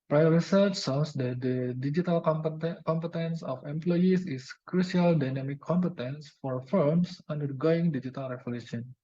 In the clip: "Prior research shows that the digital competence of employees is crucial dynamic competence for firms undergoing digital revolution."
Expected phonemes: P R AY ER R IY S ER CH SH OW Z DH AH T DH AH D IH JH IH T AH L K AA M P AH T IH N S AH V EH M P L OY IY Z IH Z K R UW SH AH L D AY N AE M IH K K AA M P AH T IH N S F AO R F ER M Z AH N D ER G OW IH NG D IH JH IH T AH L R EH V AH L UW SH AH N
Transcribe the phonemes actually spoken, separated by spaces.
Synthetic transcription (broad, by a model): P R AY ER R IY S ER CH S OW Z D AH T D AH D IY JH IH T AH L K AA M P AH T IH N S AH F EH M P L OY IY S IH S K R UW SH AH L D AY N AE M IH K K AA M P AH T IH N S F AO R F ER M S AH N D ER G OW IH NG D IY JH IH T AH L R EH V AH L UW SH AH N